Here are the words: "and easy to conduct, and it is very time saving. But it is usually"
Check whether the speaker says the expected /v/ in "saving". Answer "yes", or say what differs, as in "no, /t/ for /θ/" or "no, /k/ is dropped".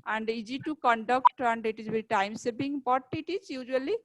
no, /b/ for /v/